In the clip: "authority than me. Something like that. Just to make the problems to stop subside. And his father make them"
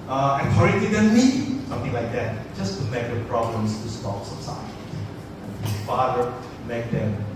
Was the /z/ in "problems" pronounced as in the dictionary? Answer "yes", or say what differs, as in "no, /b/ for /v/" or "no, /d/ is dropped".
no, /s/ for /z/